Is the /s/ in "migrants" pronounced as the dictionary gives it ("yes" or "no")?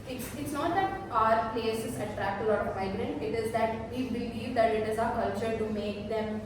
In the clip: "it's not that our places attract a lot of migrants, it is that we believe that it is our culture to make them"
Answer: no